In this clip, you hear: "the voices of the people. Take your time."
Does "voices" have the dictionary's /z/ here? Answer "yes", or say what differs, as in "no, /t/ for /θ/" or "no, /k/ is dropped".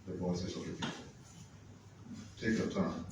no, /s/ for /z/